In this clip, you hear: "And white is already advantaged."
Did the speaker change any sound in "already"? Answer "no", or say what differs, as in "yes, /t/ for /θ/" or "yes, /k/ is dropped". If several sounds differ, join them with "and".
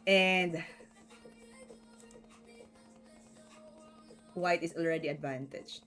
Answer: no